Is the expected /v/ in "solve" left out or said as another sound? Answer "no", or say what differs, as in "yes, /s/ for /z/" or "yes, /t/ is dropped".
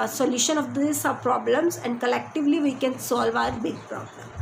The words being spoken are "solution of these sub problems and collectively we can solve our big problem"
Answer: no